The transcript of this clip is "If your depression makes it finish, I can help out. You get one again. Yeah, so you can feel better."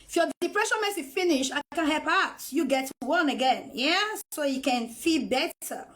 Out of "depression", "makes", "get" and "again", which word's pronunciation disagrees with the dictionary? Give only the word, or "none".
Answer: makes